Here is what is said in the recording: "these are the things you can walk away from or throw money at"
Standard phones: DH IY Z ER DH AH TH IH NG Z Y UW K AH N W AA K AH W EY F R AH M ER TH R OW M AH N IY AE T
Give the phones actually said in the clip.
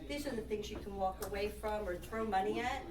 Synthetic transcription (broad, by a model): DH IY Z ER DH AH TH IH NG Z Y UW K AH N W AA K AH W EY F R AH M ER TH R OW M AH N IY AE T